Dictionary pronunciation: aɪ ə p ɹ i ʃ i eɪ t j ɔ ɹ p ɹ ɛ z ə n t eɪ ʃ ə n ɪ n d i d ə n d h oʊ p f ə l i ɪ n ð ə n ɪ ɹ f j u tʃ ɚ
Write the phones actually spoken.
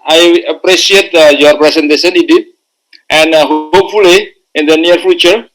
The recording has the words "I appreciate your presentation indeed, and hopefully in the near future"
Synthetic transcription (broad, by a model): aɪ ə p ɹ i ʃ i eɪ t j ɔ ɹ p ɹ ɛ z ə n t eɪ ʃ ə n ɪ d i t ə n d h oʊ p f ə l i ɪ n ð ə n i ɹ f j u tʃ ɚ